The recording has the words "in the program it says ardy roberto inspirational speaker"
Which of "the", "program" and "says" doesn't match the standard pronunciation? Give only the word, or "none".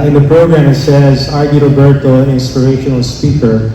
none